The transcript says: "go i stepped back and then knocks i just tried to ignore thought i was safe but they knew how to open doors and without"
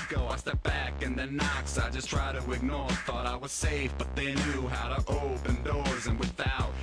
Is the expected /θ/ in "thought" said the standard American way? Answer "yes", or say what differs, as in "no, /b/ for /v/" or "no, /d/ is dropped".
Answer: yes